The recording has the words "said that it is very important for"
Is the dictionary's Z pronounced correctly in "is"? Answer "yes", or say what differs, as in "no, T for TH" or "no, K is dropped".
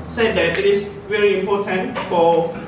no, S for Z